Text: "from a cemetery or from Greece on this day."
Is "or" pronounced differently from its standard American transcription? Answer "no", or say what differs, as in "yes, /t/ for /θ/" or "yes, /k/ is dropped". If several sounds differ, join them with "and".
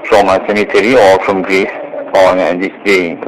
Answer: yes, /l/ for /ɹ/